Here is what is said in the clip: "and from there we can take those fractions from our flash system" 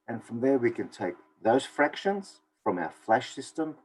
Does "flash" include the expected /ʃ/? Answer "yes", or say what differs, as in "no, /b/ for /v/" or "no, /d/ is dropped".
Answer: yes